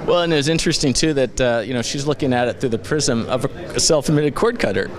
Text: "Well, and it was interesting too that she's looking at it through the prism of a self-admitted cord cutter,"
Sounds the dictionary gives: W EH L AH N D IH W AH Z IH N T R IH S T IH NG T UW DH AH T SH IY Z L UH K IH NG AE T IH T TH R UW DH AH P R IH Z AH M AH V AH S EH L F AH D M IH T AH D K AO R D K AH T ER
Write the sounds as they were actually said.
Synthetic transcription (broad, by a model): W EH L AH N IH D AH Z IH N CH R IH S T IH NG T UW DH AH T SH IY Z L UH K IH NG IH T IH T TH R UW DH AH P R IH Z AH M AH V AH S EH L F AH M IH T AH D K AO R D K AH T ER